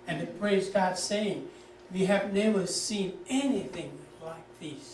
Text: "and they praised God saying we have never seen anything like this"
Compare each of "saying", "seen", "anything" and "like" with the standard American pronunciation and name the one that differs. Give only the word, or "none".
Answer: none